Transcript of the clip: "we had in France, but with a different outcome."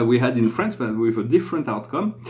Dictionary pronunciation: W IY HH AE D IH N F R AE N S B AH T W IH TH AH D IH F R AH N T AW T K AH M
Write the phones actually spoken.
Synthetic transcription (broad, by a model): W IY HH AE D IH N F R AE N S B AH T W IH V AH D IH F R AH N T AW T K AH M